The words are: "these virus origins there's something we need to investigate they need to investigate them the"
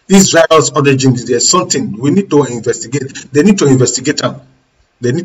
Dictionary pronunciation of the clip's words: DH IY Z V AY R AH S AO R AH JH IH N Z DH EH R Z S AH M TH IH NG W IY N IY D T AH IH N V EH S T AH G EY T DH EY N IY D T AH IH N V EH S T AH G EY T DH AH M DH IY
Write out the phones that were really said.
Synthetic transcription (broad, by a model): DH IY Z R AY AH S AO R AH JH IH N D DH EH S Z S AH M T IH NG W IY N IY D T AH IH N V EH S T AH G EY T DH EY N IY D T AH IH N V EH S T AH G EY T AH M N IY